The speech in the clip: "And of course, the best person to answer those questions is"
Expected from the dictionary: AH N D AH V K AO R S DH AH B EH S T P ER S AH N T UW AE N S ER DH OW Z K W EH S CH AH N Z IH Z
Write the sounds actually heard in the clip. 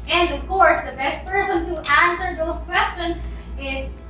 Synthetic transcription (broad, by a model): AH N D AH V K AO R S DH AH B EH S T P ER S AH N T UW AE N S ER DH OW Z K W EH S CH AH N IH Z